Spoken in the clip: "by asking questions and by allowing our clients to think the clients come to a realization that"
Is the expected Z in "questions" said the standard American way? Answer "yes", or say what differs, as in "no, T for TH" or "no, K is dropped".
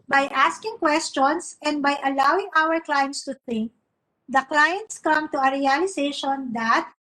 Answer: no, S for Z